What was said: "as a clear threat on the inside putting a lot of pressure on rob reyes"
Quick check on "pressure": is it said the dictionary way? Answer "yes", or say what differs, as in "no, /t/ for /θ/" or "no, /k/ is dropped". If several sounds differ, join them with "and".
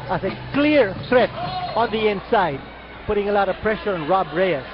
yes